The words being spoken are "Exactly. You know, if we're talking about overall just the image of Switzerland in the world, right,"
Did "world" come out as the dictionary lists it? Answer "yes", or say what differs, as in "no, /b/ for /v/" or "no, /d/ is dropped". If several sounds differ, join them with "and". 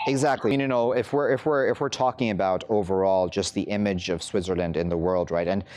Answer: yes